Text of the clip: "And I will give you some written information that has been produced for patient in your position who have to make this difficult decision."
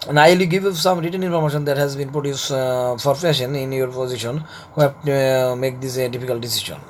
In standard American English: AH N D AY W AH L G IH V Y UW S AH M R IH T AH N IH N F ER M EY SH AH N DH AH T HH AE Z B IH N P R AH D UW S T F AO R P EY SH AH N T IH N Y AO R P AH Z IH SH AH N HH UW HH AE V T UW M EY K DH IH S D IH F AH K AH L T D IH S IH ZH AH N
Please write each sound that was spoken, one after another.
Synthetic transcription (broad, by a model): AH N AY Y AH G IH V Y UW S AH M R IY T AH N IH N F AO M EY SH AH N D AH T HH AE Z B IH N P R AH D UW S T F AO R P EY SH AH N IH N Y AO R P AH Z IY SH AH N HH UW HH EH P T UW M EY K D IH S D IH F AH K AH L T D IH S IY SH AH N